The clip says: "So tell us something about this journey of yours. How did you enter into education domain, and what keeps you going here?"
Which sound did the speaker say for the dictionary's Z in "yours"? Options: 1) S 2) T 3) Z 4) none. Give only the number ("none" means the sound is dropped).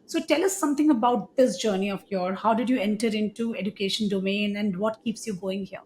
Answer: 4